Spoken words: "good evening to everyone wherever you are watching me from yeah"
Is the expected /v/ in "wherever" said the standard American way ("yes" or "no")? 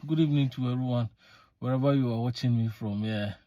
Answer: no